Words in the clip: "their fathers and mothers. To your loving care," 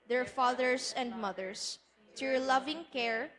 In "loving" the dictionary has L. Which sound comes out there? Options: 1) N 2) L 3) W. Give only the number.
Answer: 2